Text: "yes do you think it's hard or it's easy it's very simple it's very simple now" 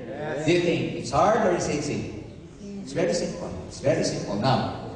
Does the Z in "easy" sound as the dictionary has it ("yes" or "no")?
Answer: no